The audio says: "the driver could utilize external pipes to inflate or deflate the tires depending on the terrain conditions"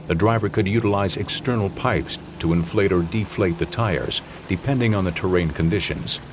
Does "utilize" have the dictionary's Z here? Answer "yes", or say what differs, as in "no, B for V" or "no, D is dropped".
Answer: yes